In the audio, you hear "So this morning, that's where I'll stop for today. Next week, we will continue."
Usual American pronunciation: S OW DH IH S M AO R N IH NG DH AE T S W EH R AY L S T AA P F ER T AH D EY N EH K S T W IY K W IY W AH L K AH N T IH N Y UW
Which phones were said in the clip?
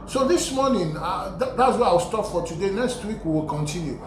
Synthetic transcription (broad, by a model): S OW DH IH S M AO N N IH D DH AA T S W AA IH AY W S T AA P F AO T AH D EY N EH K S T W IY K W IY W AH L K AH N T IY N Y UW